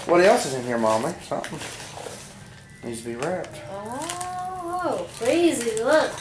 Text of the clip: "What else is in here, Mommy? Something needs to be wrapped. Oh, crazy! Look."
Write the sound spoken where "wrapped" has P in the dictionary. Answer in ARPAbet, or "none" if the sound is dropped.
none